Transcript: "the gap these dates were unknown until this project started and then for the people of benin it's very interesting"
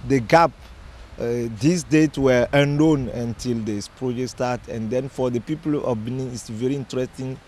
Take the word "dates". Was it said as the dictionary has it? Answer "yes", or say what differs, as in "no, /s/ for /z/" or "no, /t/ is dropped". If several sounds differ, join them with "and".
no, /s/ is dropped